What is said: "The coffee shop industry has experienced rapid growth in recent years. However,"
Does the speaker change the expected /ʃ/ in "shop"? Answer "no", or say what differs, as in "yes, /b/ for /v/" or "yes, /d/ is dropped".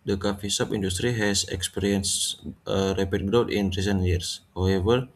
yes, /s/ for /ʃ/